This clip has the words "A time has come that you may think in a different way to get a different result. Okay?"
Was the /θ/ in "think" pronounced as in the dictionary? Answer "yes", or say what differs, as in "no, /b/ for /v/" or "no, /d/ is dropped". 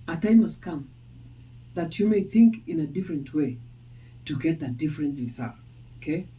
yes